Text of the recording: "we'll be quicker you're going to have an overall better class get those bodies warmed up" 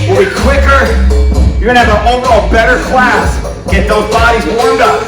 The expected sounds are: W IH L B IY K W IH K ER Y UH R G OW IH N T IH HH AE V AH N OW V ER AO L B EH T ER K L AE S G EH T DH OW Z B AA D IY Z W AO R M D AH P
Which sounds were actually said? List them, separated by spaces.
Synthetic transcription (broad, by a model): W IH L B IY K W IH K ER Y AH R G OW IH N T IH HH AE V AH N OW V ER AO B EH T ER K L AE S G EH T DH OW Z B AA D IY Z W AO R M D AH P